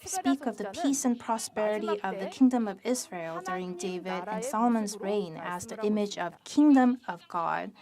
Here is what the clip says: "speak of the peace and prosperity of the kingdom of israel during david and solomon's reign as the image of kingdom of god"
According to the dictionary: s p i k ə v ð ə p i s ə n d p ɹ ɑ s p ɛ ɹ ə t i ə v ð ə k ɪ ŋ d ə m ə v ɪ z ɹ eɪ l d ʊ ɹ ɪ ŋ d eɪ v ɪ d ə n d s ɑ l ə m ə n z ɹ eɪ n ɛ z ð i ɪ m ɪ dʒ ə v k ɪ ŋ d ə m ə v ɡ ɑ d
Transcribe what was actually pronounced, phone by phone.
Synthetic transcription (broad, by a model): s p i k ə v ð ə p i s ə n p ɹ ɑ s p ɛ ɹ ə t i ə v ð ə k ɪ ŋ d ə m ə v ɪ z ɹ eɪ l d ʊ ɹ ɪ ŋ d eɪ v ɪ d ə n s ɑ l ə m ə n z ɹ eɪ n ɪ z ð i ɪ m ɪ dʒ ə v k ɪ ŋ d ə m ə v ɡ ɑ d